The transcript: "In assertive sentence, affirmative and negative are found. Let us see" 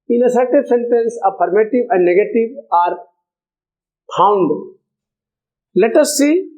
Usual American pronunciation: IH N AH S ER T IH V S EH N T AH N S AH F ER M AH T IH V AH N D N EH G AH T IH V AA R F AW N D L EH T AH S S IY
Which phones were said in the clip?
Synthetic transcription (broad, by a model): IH N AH S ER T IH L S EH N T AH N S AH P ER M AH T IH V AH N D N EH G AH T IH V AA R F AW N D L EH T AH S S IY